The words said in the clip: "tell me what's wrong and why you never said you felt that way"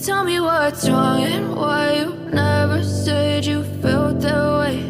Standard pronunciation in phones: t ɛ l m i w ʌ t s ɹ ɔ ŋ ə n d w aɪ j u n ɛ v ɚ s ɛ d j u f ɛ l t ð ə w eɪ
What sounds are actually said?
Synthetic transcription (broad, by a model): t ɛ l m i w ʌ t ɹ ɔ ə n w aɪ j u n ɛ v ɚ s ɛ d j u f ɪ l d ð ə w eɪ